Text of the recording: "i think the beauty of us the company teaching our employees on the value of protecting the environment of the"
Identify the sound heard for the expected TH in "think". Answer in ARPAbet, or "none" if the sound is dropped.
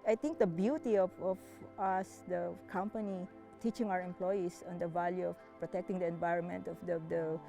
T